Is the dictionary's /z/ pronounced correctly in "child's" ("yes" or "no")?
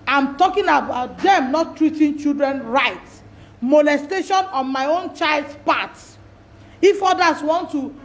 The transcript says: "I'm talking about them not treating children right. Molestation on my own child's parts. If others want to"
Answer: no